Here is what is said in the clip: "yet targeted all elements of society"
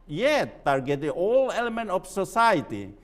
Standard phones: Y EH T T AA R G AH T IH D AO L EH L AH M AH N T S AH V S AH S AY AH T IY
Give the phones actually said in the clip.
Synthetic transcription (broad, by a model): Y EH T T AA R G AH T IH AO L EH L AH M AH N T AH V S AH S AY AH T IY